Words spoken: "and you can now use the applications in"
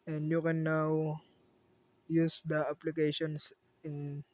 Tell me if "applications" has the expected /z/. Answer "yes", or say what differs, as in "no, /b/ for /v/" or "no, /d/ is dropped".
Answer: no, /s/ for /z/